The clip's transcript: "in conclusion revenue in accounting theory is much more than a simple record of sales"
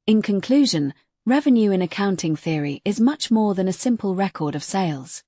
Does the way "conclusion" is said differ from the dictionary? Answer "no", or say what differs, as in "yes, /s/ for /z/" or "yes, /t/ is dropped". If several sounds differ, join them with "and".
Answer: no